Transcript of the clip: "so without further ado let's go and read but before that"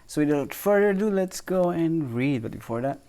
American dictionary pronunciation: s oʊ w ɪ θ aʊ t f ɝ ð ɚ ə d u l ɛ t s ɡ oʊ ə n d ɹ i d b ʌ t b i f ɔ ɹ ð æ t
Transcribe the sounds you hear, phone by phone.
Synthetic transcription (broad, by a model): s oʊ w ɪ t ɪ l f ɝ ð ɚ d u l ɛ t s ɡ oʊ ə n ɹ i d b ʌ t b i f ɔ ɹ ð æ t